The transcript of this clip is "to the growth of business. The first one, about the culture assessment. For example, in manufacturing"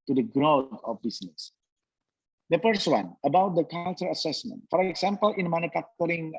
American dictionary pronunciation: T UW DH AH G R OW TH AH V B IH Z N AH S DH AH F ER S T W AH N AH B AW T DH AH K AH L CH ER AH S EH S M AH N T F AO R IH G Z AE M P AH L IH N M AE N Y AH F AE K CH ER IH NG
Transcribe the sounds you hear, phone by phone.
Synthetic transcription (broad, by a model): T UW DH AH G R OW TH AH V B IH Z N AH S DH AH P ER S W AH N AH B AW T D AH K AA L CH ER AH S EH S M AH N T F AO R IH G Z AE M P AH L IH N M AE N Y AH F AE K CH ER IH NG